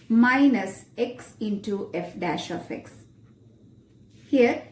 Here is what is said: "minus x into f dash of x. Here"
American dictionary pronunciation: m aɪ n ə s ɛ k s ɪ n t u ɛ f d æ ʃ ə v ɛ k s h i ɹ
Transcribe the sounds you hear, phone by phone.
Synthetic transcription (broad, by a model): m aɪ n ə s ɛ k s ɪ n t u ɛ f d æ ʃ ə f ɛ k s h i ɹ